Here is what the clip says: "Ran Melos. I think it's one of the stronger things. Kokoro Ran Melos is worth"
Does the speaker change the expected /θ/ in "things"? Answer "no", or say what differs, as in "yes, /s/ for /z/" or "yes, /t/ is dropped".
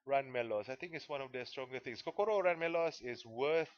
yes, /t/ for /θ/